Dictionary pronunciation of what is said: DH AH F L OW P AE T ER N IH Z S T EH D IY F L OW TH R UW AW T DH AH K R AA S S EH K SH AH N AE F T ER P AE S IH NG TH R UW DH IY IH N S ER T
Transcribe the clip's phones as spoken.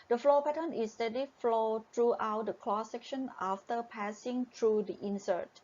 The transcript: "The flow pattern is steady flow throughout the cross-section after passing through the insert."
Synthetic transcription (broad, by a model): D AH F L OW P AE T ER N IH S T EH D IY F L OW T R UW AW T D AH K L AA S S EH K SH AH N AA F T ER P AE S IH NG T R UW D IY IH N S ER T